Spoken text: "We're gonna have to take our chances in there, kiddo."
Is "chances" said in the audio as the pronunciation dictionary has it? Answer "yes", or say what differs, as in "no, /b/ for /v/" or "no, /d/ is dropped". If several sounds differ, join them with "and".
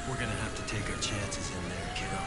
yes